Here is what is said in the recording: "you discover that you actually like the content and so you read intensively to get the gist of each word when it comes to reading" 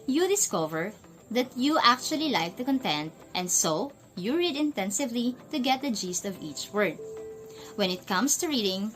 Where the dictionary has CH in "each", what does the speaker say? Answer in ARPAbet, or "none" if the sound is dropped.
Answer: CH